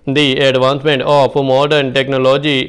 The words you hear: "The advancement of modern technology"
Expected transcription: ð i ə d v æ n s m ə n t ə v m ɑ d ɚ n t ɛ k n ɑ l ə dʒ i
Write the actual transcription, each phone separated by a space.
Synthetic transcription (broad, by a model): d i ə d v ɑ n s m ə n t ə p m ɑ d ɚ n t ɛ k n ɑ l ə dʒ i